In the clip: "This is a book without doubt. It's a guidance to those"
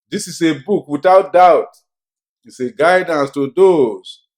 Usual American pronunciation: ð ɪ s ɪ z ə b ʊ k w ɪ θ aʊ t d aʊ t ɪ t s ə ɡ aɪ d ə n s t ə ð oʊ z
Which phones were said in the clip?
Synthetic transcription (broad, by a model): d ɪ s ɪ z ə b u k w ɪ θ aʊ t d aʊ t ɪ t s ə ɡ aɪ d ə n s t ə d oʊ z